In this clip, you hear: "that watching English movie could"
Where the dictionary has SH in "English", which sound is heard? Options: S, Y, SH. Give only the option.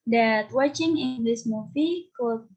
S